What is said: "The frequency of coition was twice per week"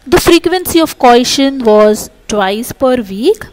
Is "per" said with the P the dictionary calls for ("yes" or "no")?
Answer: yes